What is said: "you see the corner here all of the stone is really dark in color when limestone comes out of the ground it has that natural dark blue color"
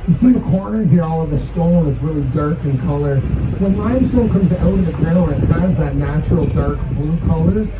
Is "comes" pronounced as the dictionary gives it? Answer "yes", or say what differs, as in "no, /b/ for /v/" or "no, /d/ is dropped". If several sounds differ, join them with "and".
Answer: yes